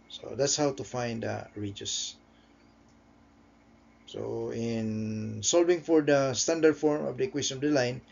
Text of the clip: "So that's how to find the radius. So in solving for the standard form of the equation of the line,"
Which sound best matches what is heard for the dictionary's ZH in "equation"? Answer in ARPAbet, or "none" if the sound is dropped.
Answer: S